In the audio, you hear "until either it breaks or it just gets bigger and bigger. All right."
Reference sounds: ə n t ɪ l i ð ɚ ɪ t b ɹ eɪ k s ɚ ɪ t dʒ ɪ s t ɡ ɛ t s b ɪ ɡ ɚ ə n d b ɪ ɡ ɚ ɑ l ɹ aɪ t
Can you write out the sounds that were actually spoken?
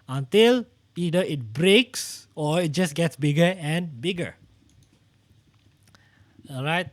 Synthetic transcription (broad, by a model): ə n t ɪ l i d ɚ ɪ t b ɹ eɪ k s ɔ ɪ t dʒ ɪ s ɡ ɛ t s b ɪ ɡ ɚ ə n b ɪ ɡ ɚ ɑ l ɹ aɪ t